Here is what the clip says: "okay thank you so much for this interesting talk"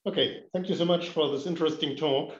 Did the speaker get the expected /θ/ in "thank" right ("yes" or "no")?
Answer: yes